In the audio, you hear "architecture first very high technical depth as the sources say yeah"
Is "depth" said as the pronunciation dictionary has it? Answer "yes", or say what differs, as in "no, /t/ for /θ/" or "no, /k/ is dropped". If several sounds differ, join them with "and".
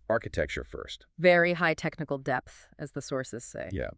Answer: yes